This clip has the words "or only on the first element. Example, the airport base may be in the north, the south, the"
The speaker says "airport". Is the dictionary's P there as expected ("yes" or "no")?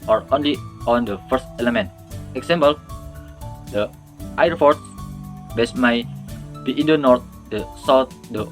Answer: no